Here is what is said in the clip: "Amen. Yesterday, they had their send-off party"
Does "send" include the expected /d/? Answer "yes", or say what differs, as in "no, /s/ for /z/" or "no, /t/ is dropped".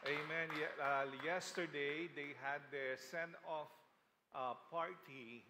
no, /d/ is dropped